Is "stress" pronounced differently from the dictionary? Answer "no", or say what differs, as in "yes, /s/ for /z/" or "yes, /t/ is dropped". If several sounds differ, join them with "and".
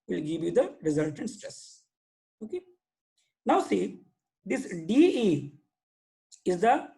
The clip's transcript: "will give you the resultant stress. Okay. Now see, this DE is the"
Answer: no